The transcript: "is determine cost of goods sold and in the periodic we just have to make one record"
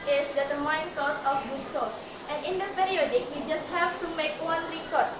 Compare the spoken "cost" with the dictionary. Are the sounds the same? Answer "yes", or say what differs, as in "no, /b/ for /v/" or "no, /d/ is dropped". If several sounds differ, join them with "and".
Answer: no, /t/ is dropped